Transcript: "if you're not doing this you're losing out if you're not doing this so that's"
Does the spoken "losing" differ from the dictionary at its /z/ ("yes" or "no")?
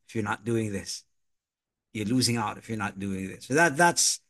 no